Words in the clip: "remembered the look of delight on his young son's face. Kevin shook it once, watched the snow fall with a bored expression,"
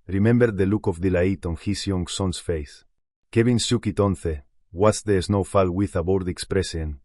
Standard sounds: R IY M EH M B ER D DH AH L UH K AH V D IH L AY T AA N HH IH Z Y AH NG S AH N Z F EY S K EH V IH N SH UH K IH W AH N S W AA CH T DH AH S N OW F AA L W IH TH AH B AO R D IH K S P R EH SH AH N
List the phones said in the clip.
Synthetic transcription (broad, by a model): R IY M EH M B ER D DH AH L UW K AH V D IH L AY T AA N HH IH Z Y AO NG S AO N S F EY S K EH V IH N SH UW K IH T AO N TH W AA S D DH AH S N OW F AA L W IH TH AH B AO R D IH K S P R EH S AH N